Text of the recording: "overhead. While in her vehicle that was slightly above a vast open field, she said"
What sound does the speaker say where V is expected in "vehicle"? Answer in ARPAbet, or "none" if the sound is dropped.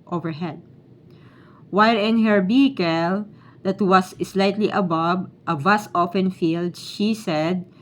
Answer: B